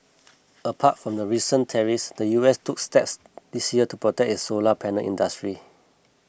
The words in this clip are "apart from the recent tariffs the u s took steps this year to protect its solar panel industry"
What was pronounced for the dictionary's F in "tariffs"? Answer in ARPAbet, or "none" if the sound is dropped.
none